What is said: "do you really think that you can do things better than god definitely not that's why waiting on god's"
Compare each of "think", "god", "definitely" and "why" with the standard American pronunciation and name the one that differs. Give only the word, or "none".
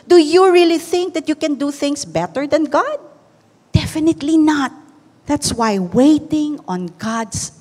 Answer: none